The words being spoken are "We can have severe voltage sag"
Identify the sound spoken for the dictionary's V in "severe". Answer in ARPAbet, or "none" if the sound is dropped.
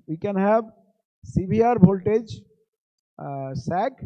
B